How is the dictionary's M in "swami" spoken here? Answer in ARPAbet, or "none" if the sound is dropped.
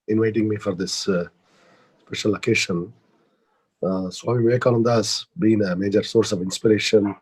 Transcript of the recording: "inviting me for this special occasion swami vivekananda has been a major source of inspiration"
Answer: none